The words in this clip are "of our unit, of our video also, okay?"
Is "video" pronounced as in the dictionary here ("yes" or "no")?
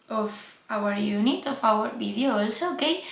no